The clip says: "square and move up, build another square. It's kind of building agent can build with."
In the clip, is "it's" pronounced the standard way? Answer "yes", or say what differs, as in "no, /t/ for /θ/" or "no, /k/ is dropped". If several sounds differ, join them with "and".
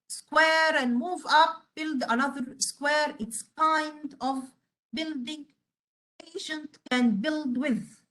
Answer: yes